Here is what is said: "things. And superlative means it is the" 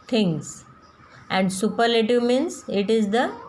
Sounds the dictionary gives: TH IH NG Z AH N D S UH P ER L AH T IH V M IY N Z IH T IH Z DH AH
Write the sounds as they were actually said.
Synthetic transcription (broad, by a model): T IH NG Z AH N D S UH P ER L AH T IH V M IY N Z IH T IH Z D AH